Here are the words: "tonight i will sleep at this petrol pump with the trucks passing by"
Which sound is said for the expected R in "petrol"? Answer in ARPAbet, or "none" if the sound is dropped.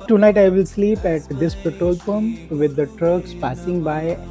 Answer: none